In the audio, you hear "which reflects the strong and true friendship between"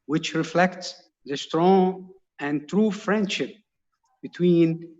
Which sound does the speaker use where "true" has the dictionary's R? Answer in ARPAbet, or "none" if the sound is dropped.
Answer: R